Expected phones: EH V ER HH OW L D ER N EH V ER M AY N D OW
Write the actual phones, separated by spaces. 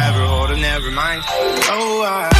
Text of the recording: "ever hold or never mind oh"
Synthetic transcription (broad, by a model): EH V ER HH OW D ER N EH V ER M AY N D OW